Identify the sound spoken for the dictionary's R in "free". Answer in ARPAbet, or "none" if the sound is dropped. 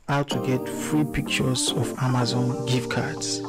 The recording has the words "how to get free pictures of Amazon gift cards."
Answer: R